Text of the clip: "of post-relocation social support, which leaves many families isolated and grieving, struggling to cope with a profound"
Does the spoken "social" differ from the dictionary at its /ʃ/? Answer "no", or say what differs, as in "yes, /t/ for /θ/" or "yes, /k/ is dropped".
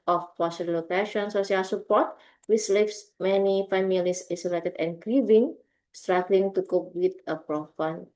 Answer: yes, /s/ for /ʃ/